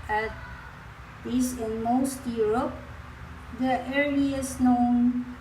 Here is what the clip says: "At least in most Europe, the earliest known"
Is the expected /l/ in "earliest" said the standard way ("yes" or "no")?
no